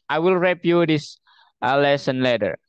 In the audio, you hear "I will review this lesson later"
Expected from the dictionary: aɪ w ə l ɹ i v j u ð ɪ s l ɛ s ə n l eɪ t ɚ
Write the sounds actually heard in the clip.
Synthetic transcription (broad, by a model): aɪ w ə l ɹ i p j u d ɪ s l ɛ s ə n l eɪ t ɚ